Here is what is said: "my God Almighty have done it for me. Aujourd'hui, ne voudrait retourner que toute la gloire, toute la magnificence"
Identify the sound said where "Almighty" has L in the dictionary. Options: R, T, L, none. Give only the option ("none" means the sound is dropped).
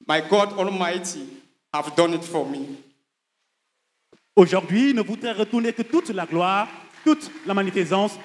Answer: L